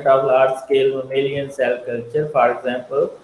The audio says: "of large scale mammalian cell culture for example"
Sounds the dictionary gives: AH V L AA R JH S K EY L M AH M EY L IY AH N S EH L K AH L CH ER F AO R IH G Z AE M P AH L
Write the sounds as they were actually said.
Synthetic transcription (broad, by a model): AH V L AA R S K EY L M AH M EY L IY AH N S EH L K AH L CH ER F AO R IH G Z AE M P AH L